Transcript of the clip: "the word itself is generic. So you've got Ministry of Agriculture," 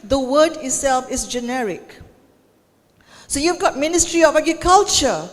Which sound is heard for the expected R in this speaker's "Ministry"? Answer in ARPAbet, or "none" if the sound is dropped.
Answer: R